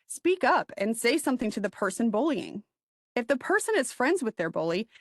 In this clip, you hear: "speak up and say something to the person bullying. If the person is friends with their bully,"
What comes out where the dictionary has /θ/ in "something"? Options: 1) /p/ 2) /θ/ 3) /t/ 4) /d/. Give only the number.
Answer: 2